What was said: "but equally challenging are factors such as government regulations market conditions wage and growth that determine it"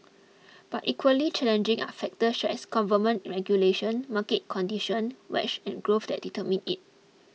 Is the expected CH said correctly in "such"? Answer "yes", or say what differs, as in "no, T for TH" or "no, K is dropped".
no, SH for CH